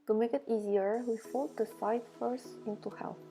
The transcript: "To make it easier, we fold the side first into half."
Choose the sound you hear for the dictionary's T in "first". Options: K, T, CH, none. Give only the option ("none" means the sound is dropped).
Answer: none